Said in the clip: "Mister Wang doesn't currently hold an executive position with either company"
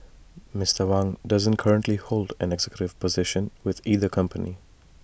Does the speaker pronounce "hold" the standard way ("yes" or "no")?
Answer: yes